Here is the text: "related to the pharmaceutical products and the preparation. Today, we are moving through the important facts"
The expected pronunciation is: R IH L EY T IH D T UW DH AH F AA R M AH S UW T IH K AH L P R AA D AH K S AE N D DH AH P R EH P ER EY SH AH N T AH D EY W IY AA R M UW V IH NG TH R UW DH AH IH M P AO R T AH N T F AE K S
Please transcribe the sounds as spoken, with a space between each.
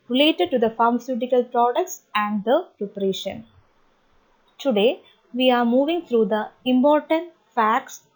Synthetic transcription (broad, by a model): R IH L EY T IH D T UW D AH F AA R M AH S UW T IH K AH L P R AA D AH K S AE N D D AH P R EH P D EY SH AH N T AH D EY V IY AA R M UW V IH NG T R UW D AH IH M P AO R T AH N T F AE K S